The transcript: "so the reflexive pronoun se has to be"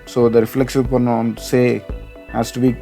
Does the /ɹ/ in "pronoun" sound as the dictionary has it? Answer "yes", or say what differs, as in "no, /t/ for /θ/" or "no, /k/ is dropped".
no, /ɹ/ is dropped